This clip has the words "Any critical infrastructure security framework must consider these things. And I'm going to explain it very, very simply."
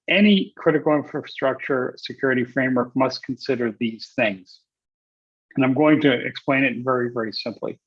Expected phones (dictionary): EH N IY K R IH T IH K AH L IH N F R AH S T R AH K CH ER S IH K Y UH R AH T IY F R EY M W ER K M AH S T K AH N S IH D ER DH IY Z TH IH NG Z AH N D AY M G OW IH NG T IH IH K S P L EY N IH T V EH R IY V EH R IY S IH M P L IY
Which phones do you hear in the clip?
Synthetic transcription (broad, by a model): EH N IY K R IH T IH K L IH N F R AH S T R AH K CH ER S IH K Y UH R AH T IY F R EY M W ER K M AH S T K N S IH D ER DH IY Z TH IH NG Z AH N AY M G OW IH NG T IH IH K S P L EY N IH T V EH R IY V EH R IY S IH M P L IY